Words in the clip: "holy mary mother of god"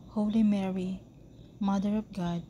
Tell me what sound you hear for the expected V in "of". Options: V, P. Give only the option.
P